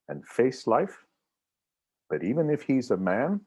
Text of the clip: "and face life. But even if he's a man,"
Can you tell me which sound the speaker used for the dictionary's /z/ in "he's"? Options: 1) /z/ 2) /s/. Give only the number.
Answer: 1